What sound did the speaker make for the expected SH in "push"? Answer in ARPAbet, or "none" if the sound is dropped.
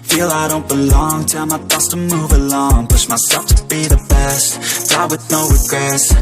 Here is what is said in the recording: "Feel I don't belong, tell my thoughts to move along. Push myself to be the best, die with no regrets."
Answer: S